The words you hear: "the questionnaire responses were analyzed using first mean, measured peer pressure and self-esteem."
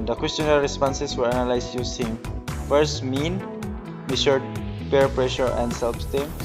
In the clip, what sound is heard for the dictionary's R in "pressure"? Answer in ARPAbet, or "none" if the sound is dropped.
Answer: R